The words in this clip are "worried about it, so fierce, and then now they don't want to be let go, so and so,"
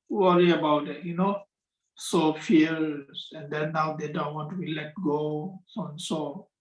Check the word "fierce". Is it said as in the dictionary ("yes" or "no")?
no